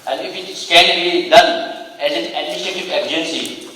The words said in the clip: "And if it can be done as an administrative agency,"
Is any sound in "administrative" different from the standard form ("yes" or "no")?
yes